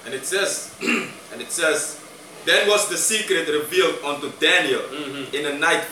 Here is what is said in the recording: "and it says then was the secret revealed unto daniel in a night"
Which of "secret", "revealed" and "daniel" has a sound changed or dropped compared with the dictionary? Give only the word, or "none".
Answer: none